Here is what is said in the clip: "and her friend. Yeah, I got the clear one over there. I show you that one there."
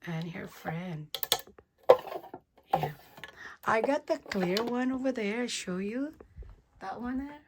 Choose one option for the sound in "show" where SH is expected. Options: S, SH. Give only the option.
SH